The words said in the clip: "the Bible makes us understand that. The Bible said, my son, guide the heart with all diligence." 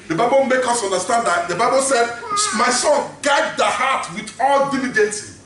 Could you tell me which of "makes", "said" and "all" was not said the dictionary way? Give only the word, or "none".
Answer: makes